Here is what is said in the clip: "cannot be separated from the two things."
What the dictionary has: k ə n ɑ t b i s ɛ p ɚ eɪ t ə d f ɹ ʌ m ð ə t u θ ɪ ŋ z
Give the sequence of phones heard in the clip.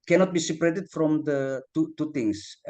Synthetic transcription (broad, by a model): k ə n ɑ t b i s ɛ p ɚ eɪ t ə d f ɹ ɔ m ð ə t u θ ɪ ŋ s